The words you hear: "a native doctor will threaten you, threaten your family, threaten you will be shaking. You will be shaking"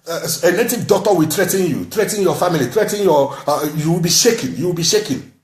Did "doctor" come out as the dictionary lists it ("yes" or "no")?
no